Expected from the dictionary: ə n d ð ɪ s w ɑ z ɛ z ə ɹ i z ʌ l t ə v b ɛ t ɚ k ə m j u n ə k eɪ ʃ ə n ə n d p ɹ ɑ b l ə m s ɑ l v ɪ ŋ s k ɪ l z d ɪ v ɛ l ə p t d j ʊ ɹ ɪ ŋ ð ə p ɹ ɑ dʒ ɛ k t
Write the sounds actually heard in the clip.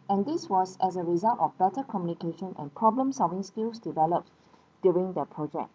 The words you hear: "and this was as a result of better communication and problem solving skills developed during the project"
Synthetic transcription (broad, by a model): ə n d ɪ s w ɑ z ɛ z ə ɹ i z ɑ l t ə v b ɛ t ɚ k ə m j u n ə k eɪ ʃ ə n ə n p ɹ ɑ b l ə m s ɑ l v ɪ ŋ s k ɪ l s d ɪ v ɛ l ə p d j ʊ ɹ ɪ ŋ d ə p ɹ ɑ dʒ ɛ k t